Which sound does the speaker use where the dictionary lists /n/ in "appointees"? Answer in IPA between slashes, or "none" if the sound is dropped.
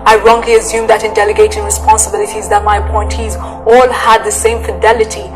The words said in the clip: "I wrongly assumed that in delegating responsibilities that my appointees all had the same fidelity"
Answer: /n/